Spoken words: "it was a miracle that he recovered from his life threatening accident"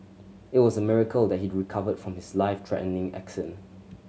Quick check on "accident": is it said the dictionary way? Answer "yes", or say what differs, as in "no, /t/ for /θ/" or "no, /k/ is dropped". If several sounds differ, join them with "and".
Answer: no, /t/ is dropped